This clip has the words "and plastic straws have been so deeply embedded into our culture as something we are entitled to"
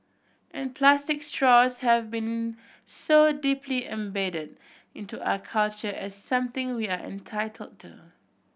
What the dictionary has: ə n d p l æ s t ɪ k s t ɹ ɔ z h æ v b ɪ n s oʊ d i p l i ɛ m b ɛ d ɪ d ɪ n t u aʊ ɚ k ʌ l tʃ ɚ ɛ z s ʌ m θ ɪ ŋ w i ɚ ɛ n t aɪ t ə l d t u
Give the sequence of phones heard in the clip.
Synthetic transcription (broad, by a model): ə n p l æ s t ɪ k s t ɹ ɔ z h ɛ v b ɪ n s oʊ d i p l i ɛ m b ɛ d ɪ d ɪ n t u aʊ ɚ k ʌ l tʃ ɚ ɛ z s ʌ m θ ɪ ŋ w i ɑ ɛ n t aɪ t ə l d t u